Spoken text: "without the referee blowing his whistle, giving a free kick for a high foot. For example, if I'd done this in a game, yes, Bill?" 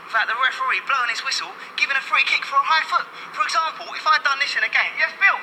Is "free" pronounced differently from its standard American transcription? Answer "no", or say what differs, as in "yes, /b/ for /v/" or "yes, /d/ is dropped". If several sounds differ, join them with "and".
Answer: no